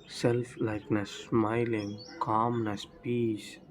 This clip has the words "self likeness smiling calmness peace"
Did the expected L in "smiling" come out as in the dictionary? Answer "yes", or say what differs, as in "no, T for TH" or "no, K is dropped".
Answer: yes